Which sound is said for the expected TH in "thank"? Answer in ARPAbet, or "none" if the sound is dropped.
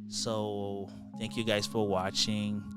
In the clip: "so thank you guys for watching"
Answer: TH